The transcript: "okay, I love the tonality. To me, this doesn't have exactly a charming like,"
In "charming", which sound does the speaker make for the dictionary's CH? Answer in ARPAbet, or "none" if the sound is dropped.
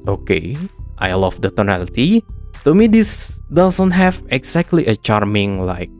CH